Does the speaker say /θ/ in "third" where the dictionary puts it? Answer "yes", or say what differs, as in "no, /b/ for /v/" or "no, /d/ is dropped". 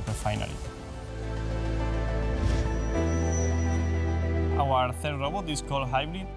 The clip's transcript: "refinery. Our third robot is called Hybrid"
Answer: yes